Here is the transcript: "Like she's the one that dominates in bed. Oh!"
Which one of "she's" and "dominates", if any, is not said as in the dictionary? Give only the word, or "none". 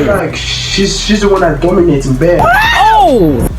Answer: dominates